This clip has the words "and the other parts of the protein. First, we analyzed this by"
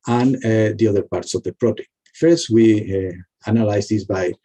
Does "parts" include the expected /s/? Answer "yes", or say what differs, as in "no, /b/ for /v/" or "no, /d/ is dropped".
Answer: yes